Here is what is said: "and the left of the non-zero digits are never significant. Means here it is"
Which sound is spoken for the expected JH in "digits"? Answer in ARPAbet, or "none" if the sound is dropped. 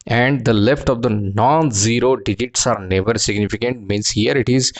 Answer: JH